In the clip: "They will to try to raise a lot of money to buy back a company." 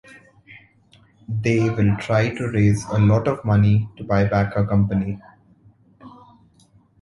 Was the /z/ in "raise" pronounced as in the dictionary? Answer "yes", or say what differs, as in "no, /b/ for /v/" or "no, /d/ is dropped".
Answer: yes